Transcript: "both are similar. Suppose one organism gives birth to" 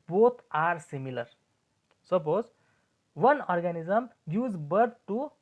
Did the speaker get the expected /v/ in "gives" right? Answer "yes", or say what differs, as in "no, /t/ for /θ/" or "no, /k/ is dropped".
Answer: no, /v/ is dropped